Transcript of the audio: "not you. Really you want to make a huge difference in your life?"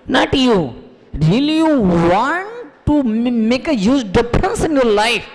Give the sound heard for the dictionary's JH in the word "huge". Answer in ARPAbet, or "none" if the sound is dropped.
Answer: Z